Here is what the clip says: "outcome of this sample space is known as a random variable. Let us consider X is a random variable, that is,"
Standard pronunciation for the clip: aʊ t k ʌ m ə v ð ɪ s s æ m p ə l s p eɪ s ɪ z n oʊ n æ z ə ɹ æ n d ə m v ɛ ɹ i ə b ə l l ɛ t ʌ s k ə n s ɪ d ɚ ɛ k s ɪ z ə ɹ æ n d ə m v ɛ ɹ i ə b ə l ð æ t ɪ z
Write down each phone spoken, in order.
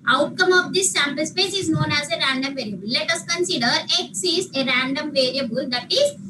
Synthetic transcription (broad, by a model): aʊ t k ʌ m ə v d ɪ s s æ m p ə l s p eɪ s ɪ z n oʊ n æ z ə ɹ æ n d ə m v ɛ ɹ i ə b ə l l ɛ t ʌ s k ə n s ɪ d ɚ ɛ k s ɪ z ə ɹ æ n d ə m v ɛ ɹ i ə b ə l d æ t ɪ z